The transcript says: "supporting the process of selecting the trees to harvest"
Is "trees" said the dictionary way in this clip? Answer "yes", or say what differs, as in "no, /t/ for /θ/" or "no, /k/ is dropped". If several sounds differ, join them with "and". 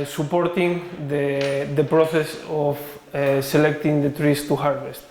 no, /s/ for /z/